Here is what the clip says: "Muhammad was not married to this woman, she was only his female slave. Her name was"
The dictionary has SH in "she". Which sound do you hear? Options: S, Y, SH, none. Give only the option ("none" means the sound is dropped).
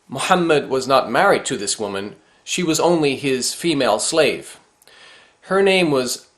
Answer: SH